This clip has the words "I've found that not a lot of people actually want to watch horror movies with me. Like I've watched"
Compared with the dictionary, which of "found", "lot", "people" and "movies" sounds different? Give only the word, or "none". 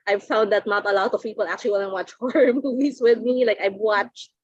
movies